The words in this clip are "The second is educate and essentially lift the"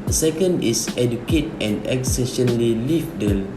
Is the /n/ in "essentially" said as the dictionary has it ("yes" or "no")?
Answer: no